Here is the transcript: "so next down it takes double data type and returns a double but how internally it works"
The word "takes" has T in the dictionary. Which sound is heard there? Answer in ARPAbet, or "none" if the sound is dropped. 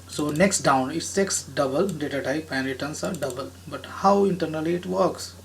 S